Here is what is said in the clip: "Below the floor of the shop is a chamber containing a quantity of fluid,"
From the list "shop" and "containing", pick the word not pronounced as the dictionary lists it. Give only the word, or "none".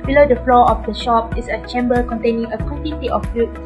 none